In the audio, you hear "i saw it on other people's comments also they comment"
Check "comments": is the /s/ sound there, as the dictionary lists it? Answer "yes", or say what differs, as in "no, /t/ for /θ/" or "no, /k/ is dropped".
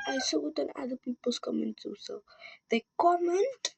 no, /s/ is dropped